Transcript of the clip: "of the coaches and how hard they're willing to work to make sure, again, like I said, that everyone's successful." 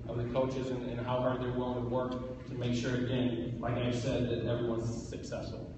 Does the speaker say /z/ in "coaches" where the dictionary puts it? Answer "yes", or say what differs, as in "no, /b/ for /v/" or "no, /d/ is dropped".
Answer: yes